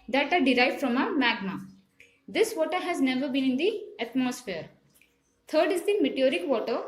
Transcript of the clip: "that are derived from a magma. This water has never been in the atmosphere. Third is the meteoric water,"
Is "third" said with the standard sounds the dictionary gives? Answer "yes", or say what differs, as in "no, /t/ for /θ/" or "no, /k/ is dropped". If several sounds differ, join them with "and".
no, /t/ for /θ/